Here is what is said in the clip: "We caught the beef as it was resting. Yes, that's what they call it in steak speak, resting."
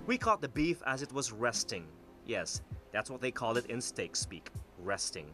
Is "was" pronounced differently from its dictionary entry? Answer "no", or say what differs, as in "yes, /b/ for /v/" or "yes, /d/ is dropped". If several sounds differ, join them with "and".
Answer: no